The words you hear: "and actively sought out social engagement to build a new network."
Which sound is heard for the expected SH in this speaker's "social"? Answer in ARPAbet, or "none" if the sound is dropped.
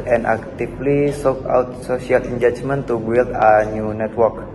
S